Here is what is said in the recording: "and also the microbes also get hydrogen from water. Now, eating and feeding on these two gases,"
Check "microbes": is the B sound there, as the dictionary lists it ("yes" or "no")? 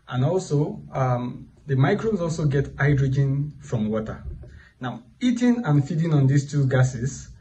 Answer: no